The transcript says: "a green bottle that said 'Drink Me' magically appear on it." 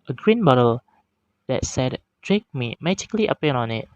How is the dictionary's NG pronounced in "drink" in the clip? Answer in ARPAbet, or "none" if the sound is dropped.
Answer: none